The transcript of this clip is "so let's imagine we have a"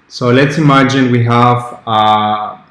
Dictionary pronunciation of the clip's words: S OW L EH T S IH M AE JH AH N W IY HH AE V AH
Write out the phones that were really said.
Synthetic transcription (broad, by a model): S OW L EH T S IH M AE JH AH N W IY HH AE V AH